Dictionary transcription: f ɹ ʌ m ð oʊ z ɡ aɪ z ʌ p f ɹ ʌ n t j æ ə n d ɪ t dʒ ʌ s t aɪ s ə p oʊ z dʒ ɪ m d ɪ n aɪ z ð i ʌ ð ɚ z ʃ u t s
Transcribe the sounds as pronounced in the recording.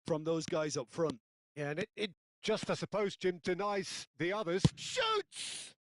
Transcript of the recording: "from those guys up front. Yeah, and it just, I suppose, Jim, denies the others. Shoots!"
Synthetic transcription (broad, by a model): f ɹ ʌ m ð oʊ z ɡ aɪ z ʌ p f ɹ ʌ n t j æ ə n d ɪ t dʒ ʌ s t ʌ s ə p oʊ z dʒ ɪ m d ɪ n aɪ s ð i ʌ ð ɚ z ʃ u t s